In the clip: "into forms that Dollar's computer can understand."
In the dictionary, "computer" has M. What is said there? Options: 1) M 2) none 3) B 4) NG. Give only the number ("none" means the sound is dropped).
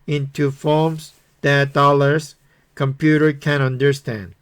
1